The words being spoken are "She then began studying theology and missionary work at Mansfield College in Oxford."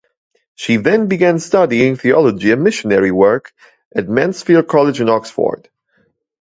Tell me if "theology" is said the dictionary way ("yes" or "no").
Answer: yes